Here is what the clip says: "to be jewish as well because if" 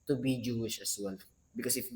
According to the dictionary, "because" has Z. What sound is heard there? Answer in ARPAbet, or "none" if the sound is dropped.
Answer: S